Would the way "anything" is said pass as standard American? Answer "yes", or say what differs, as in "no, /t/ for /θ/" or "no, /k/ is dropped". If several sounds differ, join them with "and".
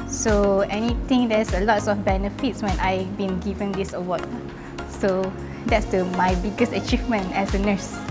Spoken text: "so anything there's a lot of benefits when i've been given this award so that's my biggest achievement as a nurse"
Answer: no, /t/ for /θ/